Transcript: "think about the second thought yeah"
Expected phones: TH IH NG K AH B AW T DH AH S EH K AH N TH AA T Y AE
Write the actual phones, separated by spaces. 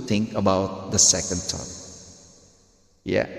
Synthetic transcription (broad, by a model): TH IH NG K AH B AW T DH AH S EH K AH N T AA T Y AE